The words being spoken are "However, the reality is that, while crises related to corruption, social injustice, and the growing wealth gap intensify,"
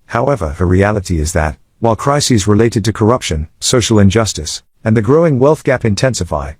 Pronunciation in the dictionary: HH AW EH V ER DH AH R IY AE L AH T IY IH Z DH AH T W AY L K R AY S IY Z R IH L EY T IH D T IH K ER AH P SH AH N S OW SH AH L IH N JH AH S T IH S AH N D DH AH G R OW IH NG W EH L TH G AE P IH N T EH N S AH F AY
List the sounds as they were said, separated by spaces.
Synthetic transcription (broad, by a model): HH AW EH V ER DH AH R IY AE L AH T IY IH Z DH AH T W AY L K R AY S IY Z R IH L EY T IH D T IH K ER AH P SH AH N S OW SH L IH N JH AH S T IH S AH N DH AH G R OW IH NG W EH L TH G AE P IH N T EH N S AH F AY